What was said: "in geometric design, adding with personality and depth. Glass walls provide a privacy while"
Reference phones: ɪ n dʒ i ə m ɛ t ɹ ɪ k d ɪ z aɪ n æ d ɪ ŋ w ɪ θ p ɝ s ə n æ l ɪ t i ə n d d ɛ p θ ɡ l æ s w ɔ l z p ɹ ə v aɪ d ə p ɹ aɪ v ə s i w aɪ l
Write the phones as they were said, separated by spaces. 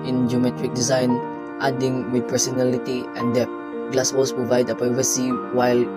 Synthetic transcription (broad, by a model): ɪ n dʒ i ə m ɛ t ɹ ɪ k d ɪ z aɪ n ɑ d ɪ ŋ w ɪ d p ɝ s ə n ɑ l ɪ t i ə n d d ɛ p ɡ l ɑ s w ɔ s p ɹ ə v aɪ d ə p ɹ aɪ v ə s i w aɪ l